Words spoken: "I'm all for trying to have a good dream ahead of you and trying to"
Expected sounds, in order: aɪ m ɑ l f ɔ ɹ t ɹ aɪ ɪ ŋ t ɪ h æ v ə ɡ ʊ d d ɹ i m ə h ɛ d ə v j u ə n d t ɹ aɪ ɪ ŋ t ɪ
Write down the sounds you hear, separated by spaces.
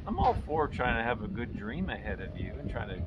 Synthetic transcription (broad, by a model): aɪ m ɑ l f ɔ ɹ t ɹ aɪ ɪ ŋ t ɪ v ə ɡ ʊ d d ɹ i m ə h ɛ d ə v j u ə n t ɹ aɪ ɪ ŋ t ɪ